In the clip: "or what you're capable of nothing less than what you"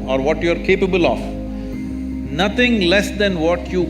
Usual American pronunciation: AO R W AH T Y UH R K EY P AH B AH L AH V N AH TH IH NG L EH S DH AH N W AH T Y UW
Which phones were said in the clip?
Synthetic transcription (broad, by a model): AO R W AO T Y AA R K EY P AH B AH L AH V N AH T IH NG L EH S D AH N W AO T Y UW